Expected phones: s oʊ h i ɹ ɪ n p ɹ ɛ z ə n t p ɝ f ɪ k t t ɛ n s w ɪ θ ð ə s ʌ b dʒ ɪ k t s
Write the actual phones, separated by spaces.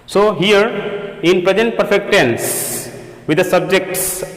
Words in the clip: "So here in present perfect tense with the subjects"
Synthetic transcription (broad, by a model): s oʊ h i ɹ ɪ n p ɹ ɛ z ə n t p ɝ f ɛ k t t ɛ n s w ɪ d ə s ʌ b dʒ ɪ k t s